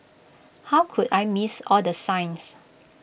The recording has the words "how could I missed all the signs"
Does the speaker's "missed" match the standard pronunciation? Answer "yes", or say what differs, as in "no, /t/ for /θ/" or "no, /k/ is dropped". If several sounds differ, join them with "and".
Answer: no, /t/ is dropped